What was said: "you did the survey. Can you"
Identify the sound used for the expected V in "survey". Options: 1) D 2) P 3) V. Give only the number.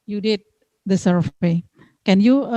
2